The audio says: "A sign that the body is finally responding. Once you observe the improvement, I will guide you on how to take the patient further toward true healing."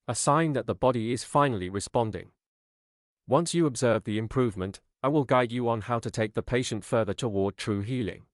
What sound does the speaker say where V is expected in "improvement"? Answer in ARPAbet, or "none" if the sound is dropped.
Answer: V